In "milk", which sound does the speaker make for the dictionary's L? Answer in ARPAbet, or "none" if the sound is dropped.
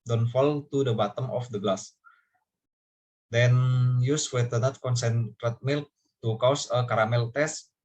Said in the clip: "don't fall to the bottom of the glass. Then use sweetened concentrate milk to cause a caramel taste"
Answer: L